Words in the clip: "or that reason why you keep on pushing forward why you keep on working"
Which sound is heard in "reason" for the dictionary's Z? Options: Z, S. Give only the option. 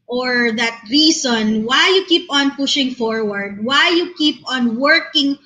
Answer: S